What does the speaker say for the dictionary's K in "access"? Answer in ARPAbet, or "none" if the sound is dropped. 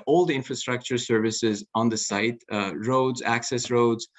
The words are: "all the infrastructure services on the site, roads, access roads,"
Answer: K